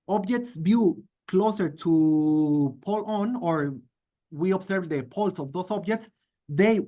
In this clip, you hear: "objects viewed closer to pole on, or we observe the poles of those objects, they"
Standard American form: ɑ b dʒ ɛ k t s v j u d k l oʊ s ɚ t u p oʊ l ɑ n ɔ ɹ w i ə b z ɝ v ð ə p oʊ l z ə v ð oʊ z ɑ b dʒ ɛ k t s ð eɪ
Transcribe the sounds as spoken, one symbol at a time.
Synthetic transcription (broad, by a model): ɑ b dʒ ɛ k t s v j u k l oʊ s ɚ t u p oʊ l ɑ n ɔ ɹ w i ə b s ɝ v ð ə p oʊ l s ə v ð oʊ s ɑ b dʒ ɛ k t s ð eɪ